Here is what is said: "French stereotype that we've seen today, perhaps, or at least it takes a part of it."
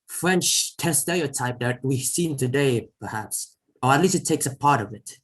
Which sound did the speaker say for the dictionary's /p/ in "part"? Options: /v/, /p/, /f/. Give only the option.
/p/